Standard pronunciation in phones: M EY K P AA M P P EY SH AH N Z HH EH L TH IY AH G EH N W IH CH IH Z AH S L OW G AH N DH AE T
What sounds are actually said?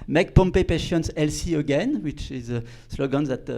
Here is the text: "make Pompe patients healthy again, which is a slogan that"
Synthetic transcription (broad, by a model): M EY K P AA M P P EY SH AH N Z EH L S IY AH G EH N W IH CH IH Z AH S L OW G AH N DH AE T